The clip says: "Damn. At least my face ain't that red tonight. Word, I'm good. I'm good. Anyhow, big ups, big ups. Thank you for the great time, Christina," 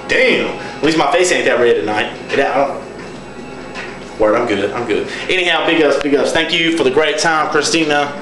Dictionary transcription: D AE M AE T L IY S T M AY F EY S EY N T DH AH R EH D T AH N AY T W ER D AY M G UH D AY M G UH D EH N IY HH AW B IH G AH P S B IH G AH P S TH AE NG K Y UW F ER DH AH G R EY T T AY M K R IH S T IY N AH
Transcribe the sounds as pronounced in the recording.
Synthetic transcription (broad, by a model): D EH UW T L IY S M AY F EY S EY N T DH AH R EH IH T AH N AY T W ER AY M G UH D AY M G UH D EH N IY HH AW B IH G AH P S B IH G AH P S TH AE NG K Y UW F ER DH AH G R EY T T AY M K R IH S T IY N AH